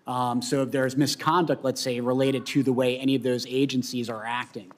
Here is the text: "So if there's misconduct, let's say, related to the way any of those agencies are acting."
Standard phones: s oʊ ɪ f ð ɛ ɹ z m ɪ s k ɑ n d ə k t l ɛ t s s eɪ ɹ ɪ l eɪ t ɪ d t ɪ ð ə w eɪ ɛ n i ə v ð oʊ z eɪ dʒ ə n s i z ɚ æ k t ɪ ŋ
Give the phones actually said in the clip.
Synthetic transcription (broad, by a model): s oʊ ɪ f ð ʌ ɹ z m ɪ s k ɑ n d ə k t l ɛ t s s eɪ ɹ ɪ l eɪ t ɪ d t ɪ ð ə w eɪ ɛ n i ə v ð oʊ z eɪ dʒ ə n s i z ɚ æ k t ɪ ŋ